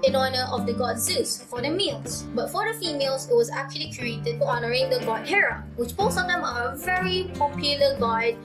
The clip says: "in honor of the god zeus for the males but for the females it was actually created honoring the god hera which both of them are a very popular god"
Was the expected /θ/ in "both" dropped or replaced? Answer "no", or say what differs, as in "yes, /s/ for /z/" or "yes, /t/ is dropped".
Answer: yes, /s/ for /θ/